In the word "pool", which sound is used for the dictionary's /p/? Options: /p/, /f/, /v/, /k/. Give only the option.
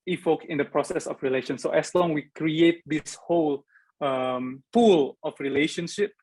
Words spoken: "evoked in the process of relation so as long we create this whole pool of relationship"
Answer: /f/